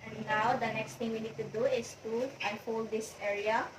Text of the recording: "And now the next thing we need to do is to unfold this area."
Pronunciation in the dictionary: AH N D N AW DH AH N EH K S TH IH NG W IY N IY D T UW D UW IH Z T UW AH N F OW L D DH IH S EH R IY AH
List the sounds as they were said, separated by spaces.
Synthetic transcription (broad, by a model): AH N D N AW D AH N EH K S T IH NG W IY N IY D T UW D UW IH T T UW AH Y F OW L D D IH S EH R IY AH